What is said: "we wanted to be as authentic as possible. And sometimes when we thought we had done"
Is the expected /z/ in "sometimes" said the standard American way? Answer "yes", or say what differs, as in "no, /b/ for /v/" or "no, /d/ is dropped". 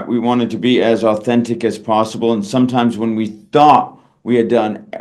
yes